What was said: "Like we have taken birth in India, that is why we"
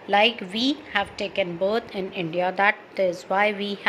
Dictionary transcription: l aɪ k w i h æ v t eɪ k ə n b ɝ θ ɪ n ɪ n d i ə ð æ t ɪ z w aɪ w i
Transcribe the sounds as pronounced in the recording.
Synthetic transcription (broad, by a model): l aɪ k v i h æ v t eɪ k ə n b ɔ t ɪ n ɪ n d i ə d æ t ɪ z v aɪ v i